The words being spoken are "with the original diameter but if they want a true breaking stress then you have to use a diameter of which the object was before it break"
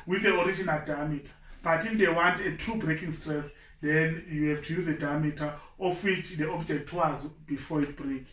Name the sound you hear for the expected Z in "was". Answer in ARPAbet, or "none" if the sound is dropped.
Z